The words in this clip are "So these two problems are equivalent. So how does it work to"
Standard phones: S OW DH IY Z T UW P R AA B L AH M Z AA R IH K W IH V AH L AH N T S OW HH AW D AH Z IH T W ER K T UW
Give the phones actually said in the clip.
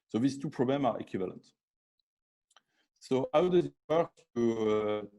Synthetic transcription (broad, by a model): S OW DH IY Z T UW P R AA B L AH M AA R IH K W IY V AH L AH N T S OW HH AW D AH Z IH T W ER K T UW